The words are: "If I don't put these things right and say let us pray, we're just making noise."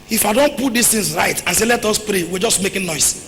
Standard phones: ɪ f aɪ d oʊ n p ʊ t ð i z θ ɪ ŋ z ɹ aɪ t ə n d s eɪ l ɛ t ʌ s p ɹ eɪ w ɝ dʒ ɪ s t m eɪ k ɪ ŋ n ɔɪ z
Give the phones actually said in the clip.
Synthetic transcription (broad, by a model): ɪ f aɪ d oʊ n p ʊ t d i s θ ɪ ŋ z ɹ aɪ t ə n s eɪ l ɛ t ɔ s p ɹ eɪ w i dʒ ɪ s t m eɪ k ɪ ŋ n ɔɪ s